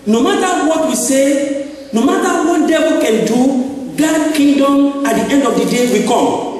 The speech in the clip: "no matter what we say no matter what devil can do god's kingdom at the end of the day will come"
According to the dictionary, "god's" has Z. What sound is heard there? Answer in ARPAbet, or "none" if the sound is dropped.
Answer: none